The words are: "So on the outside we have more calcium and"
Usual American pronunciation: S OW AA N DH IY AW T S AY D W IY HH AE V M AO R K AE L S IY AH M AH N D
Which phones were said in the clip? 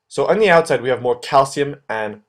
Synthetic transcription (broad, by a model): S OW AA N DH IY AW T S AY D W IY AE V M AO R K AE L S IY AH M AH N